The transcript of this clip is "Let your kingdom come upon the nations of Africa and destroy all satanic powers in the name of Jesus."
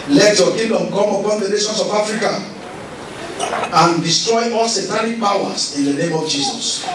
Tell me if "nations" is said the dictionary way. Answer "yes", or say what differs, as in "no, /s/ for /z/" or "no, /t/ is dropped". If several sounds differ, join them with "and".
no, /s/ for /z/